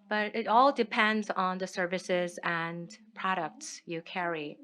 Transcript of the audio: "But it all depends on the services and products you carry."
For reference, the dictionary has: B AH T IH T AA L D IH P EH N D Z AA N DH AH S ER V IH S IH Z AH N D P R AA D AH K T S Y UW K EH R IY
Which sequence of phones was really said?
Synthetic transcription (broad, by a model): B AH T IH T AA L D IH P EH N D Z N DH AH S ER V IH S IH Z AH N P R AA D AH K T S Y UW K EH R IY